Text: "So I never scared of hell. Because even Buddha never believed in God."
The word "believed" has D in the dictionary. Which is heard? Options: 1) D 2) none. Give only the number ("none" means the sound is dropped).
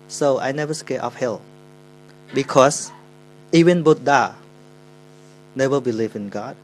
2